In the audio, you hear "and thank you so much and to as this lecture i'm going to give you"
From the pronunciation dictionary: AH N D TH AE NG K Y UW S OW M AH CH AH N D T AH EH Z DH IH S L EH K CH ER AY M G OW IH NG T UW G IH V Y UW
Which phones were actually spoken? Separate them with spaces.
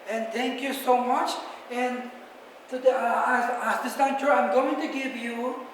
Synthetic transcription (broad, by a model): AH N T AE NG K Y UW S OW M AH CH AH N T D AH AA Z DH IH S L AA CH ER AY M G OW IH NG T UW G IH V Y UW